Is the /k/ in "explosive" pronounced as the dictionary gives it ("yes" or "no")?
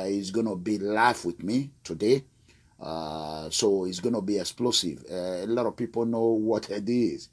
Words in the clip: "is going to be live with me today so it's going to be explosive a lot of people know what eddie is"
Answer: yes